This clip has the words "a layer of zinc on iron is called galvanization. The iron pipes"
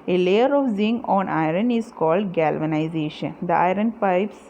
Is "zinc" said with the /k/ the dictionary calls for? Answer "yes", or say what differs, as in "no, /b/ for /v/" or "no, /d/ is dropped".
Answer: no, /k/ is dropped